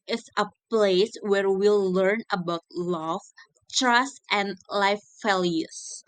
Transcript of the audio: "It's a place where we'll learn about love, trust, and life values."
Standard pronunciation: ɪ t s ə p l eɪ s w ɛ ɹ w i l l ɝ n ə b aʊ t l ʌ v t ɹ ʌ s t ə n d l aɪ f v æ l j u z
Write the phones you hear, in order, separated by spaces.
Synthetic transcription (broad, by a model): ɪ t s ə p l eɪ s w ɛ ɹ w i l l ɝ n ə b aʊ t l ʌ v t ɹ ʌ s t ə n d l aɪ f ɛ l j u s